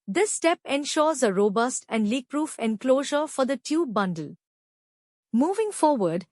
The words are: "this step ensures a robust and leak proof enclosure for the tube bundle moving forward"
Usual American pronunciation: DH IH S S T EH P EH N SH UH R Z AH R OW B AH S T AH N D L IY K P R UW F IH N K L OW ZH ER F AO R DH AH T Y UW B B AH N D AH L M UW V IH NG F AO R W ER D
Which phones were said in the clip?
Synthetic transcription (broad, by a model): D IH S S T EH P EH N SH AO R Z AH R OW B AH S T AH N D L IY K P R UW F IH N K L OW ZH ER F AO R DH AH T Y UW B B AH N D AH L M UW V IH NG F AO R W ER D